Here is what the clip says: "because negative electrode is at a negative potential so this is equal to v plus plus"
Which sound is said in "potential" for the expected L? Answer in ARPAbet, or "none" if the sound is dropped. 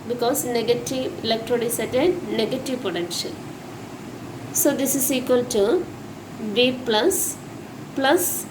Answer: N